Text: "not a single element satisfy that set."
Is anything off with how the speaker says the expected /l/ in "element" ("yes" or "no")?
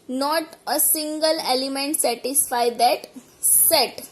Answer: no